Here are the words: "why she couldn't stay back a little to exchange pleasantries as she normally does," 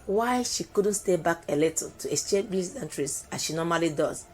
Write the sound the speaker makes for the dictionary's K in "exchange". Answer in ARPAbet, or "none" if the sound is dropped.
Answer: none